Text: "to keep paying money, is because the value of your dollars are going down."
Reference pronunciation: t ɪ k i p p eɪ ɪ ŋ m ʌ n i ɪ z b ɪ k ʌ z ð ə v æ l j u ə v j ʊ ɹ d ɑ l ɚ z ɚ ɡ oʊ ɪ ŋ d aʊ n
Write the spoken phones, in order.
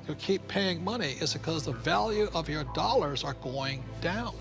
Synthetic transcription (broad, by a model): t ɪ k i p p eɪ ɪ ŋ m ʌ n i ɪ z b ɪ k ʌ z ð ə v æ l j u ə v j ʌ ɹ d ɑ l ɚ z ɚ ɡ oʊ ɪ ŋ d aʊ n